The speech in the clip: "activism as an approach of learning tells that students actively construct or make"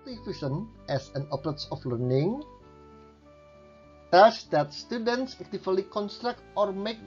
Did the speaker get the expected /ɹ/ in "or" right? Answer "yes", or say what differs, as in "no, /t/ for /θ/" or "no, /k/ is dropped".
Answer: yes